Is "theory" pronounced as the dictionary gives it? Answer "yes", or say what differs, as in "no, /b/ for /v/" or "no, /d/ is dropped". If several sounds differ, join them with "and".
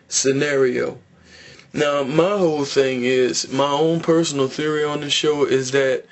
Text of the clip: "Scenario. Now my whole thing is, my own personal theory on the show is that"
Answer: yes